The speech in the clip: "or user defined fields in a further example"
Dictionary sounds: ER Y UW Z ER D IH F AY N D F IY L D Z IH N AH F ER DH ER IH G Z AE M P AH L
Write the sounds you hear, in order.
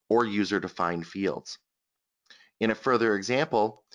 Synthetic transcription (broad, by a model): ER Y UW Z ER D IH F AY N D F IY L D Z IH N AH F ER DH ER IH G Z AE M P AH L